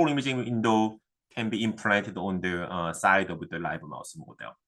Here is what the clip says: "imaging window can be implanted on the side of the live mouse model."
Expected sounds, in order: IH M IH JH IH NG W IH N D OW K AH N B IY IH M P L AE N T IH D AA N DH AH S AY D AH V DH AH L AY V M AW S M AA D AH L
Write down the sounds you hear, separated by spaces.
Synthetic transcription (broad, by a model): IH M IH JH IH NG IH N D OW K AH N B IY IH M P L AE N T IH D AA N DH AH S AY D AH W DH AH L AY B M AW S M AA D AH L